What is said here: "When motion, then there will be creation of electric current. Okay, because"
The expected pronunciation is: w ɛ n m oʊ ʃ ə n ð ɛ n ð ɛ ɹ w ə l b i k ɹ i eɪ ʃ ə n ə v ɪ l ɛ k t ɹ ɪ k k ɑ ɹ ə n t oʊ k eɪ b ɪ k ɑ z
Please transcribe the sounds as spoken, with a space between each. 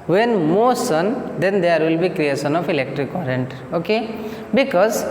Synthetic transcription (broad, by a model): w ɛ n m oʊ s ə n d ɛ n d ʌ ɹ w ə l b i k ɹ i eɪ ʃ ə n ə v ɪ l ɛ k t ɹ ɪ k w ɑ ɹ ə n t oʊ k eɪ b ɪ k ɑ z